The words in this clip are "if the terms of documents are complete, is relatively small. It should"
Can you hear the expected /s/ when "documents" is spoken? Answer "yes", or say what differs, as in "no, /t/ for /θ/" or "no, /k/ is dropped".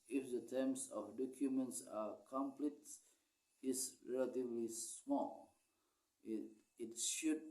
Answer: yes